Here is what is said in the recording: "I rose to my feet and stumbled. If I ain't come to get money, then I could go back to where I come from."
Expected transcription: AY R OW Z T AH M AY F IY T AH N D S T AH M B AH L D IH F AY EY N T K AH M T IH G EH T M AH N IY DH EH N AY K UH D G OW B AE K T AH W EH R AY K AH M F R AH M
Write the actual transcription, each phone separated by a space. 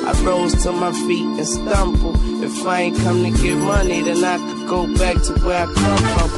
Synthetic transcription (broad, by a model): AY R OW Z T AH M AY F IY T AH N S T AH M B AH L IH F AY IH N K AH M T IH G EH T M AH N IY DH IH N AY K G OW B AE K T AH W EH R AY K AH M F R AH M